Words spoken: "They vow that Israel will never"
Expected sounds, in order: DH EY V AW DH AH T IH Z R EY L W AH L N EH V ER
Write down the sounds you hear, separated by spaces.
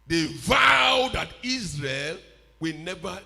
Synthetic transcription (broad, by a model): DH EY V AW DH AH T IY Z R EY L W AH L N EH V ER